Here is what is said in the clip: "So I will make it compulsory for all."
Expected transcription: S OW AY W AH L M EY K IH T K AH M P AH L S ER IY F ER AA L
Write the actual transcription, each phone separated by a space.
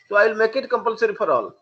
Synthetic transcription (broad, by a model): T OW AY L M EY K IH T K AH M P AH L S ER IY P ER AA L